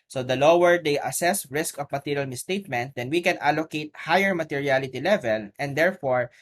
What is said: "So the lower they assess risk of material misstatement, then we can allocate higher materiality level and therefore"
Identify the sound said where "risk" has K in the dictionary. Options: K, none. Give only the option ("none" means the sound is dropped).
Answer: K